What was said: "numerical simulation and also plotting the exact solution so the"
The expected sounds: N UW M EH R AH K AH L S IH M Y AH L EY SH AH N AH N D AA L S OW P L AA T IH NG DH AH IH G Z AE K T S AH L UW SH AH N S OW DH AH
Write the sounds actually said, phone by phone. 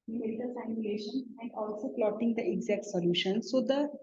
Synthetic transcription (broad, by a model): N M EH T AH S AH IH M Y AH L EY SH AH N AH N D AA L S OW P L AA T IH NG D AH IH G Z AE K T S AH L UW SH AH N S OW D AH